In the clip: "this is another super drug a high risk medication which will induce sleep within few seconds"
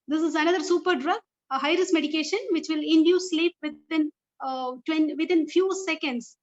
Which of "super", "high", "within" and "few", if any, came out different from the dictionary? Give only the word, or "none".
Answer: within